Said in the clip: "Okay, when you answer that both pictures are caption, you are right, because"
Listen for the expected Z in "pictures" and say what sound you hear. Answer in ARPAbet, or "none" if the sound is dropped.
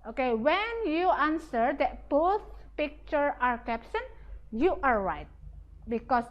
none